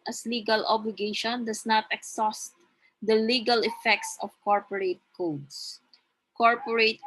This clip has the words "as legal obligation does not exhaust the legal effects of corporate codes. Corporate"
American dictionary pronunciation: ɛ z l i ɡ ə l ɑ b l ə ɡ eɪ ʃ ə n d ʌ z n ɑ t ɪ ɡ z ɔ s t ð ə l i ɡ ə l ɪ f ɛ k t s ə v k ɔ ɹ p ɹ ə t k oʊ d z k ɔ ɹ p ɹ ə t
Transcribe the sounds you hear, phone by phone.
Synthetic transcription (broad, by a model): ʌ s l i ɡ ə l ɑ b l ə ɡ eɪ ʃ ə n d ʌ s n ɑ t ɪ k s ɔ s t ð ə l i ɡ ə l ɪ f ɛ k t s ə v k ɔ ɹ p ɹ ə t k oʊ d s k ɔ ɹ p ɹ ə t